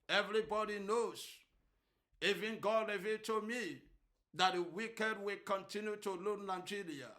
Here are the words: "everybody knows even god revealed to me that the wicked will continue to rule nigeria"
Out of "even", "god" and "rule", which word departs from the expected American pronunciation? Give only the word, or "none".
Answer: rule